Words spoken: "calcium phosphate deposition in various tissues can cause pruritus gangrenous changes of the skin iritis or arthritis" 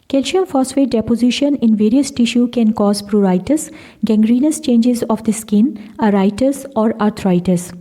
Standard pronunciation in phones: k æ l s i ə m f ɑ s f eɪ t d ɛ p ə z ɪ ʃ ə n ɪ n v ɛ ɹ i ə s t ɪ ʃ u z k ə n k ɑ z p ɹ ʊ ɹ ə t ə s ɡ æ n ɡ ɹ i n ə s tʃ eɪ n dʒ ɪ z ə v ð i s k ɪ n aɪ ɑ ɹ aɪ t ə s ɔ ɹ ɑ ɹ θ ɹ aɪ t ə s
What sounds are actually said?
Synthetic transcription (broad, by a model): k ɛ l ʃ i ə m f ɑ s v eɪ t d ɛ p ə z ɪ ʃ ə n ɪ n v ɛ ɹ i ə s t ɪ ʃ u k ə n k ɑ z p ɹ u ɹ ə t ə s ɡ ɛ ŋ ɡ ɹ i n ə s tʃ eɪ n dʒ ɪ z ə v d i s k ɪ n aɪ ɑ ɹ aɪ t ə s ɔ ɹ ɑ ɹ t ɹ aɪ t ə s